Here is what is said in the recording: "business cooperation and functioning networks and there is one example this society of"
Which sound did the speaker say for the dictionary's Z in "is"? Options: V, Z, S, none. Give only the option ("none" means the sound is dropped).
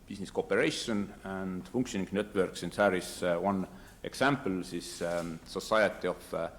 S